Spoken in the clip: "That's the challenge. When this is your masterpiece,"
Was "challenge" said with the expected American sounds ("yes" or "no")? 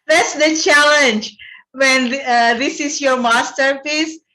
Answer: yes